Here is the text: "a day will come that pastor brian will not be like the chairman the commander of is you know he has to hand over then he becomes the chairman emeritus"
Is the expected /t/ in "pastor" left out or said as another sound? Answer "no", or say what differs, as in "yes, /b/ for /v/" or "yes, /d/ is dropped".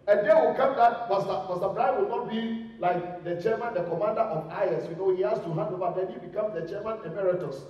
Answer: yes, /s/ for /t/